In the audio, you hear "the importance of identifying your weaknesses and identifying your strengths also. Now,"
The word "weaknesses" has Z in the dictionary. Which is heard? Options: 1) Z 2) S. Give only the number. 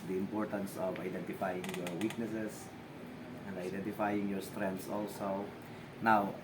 2